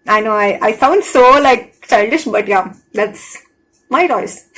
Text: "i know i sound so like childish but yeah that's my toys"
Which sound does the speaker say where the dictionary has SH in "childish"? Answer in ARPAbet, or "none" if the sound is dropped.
SH